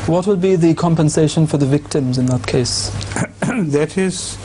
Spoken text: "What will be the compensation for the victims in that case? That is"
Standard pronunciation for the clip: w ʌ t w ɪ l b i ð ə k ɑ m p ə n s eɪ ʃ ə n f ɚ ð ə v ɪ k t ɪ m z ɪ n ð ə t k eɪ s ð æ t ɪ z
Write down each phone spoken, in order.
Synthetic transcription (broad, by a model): w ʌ t w ɪ l b i ð ə k ɑ m p ə n s eɪ ʃ ə n f ɚ ð ə v ɪ k t ɪ m z ɪ n ð ə t k eɪ s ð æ t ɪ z